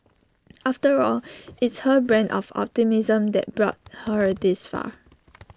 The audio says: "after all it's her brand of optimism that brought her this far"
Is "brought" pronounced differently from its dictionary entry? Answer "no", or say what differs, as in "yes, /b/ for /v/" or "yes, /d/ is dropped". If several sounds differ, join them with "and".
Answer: no